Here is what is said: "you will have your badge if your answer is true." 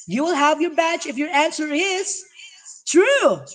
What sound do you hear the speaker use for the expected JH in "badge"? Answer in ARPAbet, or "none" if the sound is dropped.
CH